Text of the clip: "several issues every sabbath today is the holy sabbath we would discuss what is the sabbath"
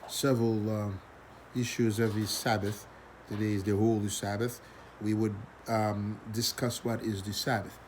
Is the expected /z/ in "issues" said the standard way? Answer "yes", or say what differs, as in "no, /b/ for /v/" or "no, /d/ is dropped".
yes